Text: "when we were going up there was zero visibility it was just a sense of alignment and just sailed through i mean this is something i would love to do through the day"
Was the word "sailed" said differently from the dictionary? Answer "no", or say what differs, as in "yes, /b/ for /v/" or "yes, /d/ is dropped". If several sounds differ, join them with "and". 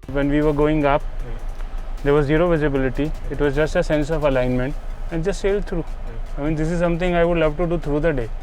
no